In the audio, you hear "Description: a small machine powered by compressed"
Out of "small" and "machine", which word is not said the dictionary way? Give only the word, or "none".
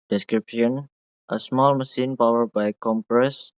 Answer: machine